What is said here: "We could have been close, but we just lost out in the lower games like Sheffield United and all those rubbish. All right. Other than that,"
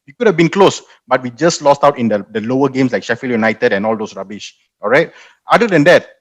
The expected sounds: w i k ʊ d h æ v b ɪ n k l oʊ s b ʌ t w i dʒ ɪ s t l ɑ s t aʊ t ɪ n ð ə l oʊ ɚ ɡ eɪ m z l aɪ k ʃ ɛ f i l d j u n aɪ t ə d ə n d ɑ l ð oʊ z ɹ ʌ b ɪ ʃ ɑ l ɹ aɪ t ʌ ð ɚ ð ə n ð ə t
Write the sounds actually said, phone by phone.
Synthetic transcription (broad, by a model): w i k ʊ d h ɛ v b ɪ n k l oʊ s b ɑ t w i dʒ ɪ s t l ɑ s t aʊ t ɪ n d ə l oʊ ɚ ɡ eɪ m s l aɪ k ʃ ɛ f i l j u n aɪ t ə d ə n ɑ l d oʊ s ɹ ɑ b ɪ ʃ ɑ l ɹ aɪ t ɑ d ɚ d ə n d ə t